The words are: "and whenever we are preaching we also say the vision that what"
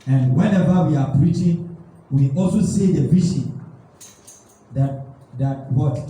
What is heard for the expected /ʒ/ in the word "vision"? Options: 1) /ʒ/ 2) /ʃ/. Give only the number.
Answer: 2